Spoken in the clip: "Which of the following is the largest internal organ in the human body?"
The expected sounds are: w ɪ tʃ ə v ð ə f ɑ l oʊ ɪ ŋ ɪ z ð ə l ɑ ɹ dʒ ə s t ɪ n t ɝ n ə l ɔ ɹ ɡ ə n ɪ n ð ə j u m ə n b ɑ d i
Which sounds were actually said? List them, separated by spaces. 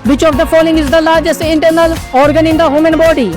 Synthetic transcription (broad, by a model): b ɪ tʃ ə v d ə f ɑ l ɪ ŋ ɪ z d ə l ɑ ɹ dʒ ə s ɪ n t ɝ n ə l ɔ ɹ ɡ ə n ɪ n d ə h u m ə n b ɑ d i